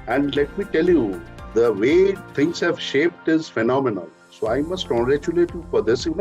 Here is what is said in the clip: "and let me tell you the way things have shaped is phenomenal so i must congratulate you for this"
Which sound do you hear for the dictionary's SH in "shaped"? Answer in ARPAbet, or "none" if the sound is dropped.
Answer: SH